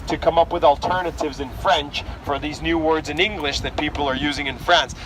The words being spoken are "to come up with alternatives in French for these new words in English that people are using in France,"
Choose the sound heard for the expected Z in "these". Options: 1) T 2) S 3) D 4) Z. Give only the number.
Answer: 4